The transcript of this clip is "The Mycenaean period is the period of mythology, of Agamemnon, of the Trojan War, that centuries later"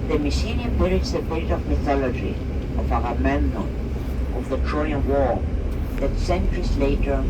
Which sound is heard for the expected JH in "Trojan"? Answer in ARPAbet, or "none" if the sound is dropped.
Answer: none